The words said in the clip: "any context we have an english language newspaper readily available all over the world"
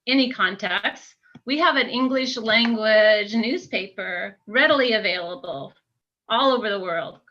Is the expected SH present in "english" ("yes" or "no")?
yes